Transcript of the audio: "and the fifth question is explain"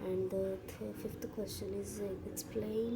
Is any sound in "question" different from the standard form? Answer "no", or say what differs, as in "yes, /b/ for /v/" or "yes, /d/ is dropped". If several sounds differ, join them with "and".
no